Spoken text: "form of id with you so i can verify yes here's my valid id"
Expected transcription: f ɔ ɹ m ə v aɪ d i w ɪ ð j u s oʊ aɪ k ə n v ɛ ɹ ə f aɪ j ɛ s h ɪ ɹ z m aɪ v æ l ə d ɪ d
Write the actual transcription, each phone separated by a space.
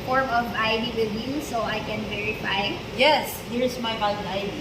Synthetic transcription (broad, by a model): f ɔ ɹ m ə v aɪ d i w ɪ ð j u s oʊ aɪ k ə n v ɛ ɹ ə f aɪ j ɛ s h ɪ ɹ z m aɪ b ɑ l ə ɪ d